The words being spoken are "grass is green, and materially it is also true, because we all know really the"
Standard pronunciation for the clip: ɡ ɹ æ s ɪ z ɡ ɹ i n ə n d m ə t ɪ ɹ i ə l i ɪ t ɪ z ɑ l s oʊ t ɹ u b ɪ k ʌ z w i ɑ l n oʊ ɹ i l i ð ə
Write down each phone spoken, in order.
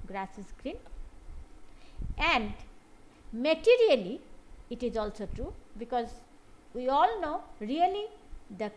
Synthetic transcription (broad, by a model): ɡ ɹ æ s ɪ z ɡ ɹ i n ə n d m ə t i ɹ i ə l i t ɪ z ɑ l s oʊ t ɹ u b ɪ k ʌ z w i ɑ l n oʊ ɹ i l i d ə